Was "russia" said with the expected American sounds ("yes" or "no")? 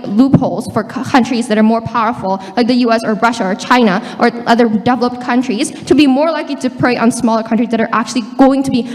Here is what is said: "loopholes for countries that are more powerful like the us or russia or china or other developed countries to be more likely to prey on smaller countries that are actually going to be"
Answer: yes